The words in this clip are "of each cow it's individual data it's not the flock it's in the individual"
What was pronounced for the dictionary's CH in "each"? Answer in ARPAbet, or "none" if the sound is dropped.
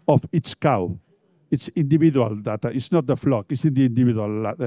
S